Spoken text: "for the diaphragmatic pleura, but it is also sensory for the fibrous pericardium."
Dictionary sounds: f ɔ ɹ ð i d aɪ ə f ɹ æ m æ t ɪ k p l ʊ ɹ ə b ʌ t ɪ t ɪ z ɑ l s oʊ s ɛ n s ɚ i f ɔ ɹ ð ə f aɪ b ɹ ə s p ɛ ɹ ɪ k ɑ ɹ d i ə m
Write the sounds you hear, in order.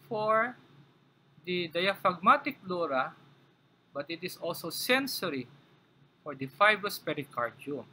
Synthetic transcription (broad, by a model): f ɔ ɹ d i d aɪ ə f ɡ m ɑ t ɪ k l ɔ ɹ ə b ʌ t ɪ t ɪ s ɑ l s oʊ s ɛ n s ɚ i f ɔ ɹ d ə f aɪ b ɹ ə s p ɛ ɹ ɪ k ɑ ɹ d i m